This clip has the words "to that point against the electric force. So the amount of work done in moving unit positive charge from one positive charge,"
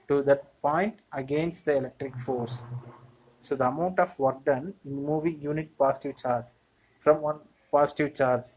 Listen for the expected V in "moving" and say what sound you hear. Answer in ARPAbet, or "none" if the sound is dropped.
V